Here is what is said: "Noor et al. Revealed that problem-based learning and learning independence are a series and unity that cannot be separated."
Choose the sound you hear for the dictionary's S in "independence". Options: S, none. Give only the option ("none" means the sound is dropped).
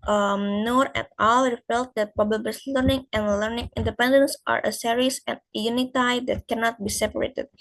S